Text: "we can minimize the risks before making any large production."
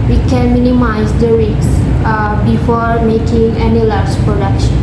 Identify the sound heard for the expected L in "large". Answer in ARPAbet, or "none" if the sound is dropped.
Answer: L